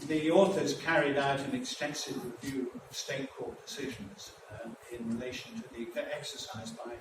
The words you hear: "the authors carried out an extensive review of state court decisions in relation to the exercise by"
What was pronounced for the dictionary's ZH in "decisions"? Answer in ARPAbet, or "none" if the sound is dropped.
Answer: ZH